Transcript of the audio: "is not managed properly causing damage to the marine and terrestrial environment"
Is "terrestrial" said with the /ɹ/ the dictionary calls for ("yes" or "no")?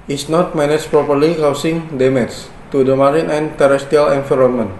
no